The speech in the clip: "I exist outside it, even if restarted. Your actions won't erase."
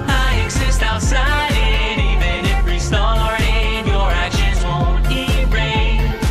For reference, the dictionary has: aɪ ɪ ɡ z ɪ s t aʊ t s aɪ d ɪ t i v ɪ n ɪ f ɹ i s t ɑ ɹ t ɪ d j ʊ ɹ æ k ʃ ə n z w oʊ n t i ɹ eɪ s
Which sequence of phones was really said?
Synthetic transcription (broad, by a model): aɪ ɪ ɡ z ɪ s t aʊ t s aɪ d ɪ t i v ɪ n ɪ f ɹ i s t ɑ ɹ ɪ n j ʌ ɹ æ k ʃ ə z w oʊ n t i ɹ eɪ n